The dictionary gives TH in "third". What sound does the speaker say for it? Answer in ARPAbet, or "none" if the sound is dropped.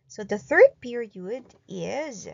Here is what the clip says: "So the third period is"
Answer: TH